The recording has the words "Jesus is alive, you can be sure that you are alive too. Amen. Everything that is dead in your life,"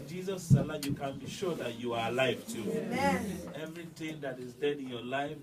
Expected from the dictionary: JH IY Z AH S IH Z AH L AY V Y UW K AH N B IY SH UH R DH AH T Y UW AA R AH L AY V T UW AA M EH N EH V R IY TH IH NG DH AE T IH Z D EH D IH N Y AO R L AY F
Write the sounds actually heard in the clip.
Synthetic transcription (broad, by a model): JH IY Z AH S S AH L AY Y UW K AH N B IY SH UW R DH AH T Y UW AA R AH L AY V T UW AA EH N EH V R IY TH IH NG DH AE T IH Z D EH D IH N Y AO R L AY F